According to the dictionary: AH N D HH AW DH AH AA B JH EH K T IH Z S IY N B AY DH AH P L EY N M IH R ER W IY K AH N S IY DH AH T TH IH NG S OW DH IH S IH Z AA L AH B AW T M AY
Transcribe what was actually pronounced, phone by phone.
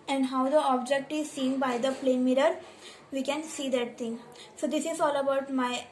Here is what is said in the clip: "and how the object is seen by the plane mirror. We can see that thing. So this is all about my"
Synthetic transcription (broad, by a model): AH N D HH AW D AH AA B JH EH K T IH Z S IY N B AY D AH P L EY N M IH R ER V IY K AH N S IY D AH T T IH NG S OW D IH S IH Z AA L AH B AW T M AY